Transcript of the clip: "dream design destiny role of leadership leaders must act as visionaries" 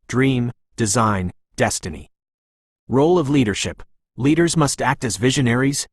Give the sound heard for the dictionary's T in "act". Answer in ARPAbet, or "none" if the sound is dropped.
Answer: T